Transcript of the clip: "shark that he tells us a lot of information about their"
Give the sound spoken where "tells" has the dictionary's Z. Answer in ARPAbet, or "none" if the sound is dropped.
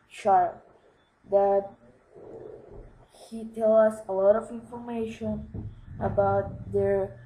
none